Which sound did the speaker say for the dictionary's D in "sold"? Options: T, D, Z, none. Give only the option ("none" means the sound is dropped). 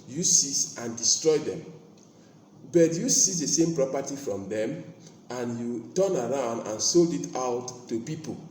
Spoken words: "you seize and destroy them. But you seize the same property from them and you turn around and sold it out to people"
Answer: D